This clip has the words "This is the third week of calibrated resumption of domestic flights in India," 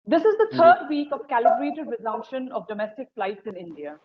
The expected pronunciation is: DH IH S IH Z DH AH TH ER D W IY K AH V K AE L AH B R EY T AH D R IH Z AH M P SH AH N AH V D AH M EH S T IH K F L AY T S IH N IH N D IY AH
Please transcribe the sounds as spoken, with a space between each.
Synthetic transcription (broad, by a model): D IH S IH Z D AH T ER D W IY K AH V K AE L AH B R EY T AH D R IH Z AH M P SH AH N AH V D AH M EH S T IH K F L AY T S IH N IH N D IY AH